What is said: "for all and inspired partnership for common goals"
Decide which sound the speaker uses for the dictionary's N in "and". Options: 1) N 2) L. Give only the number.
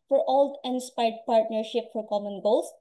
2